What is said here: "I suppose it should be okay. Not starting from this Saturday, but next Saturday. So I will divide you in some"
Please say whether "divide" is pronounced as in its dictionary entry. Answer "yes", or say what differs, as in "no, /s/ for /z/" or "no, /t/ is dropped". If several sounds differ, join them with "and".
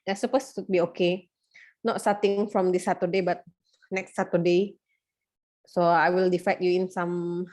no, /f/ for /v/